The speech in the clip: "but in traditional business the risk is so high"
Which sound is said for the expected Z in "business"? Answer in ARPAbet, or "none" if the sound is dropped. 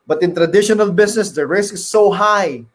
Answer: S